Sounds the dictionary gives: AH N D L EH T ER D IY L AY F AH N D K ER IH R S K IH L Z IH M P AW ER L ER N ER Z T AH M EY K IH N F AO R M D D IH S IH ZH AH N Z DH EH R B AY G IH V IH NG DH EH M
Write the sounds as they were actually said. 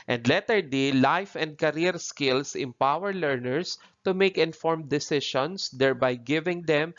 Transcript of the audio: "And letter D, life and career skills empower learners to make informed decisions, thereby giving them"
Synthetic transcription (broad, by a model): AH N D L EH T ER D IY L AY F AH N D K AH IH R S K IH L S IH M P AW ER L ER N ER S T AH M EY K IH N F AO R M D D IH S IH SH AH N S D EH R B AY G IH V IH NG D EH M